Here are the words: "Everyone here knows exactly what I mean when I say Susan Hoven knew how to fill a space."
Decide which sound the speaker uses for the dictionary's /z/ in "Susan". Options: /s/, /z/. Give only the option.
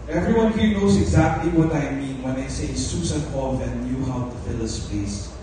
/s/